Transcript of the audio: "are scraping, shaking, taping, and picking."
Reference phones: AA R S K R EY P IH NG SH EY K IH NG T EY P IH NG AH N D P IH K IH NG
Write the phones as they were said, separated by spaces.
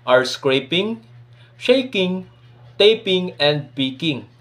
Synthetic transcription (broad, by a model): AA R S K R EY P IH NG SH EY K IH NG T EY P IH NG AH N D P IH K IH NG